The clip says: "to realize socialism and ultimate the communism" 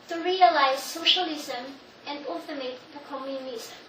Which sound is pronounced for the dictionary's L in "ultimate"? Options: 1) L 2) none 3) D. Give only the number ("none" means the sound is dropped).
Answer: 2